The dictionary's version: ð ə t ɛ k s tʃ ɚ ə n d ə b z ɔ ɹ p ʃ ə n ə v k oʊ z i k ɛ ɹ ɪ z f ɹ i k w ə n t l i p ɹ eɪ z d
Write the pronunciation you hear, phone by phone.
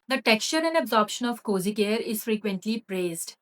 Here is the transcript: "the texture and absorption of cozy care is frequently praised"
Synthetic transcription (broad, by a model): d ə t ɛ k s tʃ ɚ ə n d ə b z ɔ ɹ p ʃ ə n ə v k oʊ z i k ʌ ɹ ɪ z f ɹ i k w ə n t l i p ɹ eɪ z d